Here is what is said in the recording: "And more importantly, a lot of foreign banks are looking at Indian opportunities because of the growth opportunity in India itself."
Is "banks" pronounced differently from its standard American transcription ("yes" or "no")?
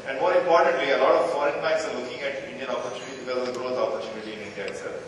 yes